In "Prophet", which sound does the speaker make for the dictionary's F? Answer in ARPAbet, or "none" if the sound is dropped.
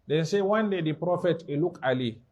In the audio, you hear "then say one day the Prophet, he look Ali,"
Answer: F